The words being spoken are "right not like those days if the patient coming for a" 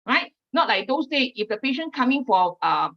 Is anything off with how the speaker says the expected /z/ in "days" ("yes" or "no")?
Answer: yes